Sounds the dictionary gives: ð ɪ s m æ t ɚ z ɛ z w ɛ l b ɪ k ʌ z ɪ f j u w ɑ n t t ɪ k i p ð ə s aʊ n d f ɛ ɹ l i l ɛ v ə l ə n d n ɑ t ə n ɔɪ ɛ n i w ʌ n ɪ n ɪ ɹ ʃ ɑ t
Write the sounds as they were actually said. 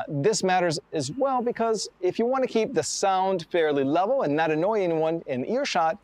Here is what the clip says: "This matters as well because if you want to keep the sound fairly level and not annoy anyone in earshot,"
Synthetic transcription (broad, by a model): ð ɪ s m æ t ɚ z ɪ z w ɛ l b ɪ k ʌ z ɪ f j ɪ w ɑ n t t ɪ k i p ð ə s aʊ n d f ɛ ɹ l i l ɛ v l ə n n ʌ t ə n ɔɪ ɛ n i w ʌ n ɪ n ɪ ɹ ʃ ɑ t